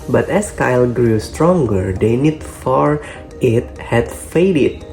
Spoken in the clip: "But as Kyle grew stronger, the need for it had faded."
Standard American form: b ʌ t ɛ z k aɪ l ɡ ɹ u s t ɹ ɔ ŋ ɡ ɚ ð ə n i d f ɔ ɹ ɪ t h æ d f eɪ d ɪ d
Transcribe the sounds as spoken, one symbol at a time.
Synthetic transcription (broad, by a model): b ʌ t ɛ s k aɪ l ɡ ɹ u s t ɹ ɔ ŋ ɡ ɚ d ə n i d f ɔ ɹ ɪ t h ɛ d f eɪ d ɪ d